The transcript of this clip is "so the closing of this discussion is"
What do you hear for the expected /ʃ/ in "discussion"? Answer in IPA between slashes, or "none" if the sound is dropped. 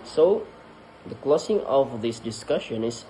/ʃ/